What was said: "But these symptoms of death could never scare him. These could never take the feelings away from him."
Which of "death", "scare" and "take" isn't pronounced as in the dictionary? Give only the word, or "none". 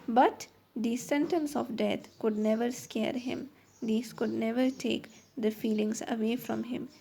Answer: death